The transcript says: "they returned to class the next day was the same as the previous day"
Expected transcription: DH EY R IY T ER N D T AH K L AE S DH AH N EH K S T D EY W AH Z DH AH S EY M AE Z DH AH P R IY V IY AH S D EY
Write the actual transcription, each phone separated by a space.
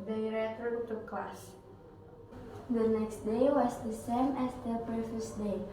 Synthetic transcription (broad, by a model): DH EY R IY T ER D T AH K L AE S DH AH N EH K S T D EY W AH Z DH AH S EY M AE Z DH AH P EH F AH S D EY